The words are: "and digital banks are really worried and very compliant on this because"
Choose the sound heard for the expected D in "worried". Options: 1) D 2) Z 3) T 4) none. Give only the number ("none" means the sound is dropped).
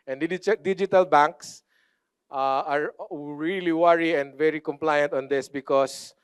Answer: 4